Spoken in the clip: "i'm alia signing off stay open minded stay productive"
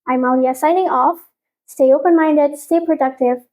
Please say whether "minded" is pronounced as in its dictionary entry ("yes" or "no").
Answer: yes